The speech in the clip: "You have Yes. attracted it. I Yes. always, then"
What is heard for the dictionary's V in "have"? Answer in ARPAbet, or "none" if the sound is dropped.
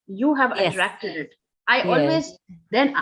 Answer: V